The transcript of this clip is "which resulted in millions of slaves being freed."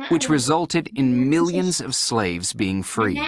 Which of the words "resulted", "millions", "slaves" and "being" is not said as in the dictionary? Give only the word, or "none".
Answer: none